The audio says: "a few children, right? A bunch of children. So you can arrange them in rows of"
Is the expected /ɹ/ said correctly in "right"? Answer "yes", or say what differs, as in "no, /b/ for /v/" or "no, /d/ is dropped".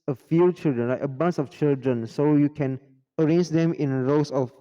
no, /l/ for /ɹ/